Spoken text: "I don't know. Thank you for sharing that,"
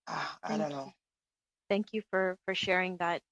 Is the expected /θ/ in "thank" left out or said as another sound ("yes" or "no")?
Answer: no